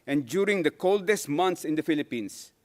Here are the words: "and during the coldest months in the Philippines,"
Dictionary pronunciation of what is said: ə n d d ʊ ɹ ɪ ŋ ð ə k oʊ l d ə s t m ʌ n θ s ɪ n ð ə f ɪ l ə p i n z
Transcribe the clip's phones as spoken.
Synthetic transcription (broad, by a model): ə n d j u ɹ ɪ ŋ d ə k oʊ l d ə s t m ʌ n t s ɪ n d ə f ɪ l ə p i n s